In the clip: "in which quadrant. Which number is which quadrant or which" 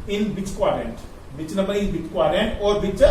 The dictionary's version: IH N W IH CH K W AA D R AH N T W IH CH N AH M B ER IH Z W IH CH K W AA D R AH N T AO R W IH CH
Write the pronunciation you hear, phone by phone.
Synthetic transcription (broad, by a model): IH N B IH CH K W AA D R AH N T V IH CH N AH B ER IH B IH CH K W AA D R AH N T AO R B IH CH